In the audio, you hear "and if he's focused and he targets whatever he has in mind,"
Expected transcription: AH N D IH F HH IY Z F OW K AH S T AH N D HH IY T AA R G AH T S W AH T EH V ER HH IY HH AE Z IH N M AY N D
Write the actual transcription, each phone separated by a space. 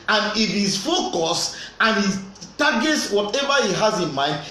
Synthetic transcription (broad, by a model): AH N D IH F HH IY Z F OW K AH S AH N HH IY T AA G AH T S W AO T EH V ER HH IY HH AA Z IH N M AY N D